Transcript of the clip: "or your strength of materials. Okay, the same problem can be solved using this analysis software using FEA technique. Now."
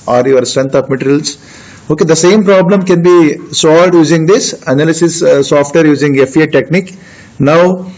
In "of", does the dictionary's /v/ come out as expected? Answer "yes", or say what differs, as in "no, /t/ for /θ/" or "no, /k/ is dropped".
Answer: no, /p/ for /v/